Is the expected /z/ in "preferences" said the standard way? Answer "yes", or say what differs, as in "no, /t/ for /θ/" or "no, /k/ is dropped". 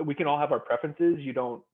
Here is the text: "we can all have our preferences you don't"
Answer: yes